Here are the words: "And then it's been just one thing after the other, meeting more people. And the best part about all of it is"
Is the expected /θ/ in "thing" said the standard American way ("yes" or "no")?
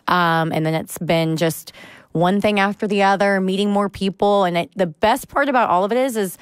yes